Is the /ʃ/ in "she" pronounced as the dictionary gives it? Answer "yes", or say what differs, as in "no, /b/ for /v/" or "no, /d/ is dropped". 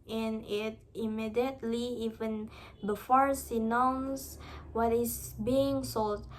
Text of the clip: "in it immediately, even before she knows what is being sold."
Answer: no, /s/ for /ʃ/